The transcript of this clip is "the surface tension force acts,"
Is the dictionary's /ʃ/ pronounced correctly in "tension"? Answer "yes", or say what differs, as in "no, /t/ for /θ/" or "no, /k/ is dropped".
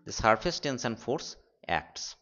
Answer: no, /s/ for /ʃ/